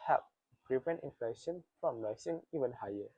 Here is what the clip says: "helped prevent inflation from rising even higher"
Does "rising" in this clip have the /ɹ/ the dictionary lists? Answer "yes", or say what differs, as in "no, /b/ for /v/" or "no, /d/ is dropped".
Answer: no, /l/ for /ɹ/